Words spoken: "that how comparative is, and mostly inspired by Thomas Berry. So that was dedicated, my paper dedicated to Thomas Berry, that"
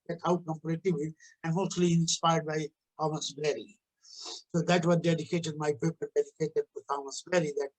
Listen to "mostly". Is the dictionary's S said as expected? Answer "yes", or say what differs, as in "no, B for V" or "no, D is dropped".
no, S is dropped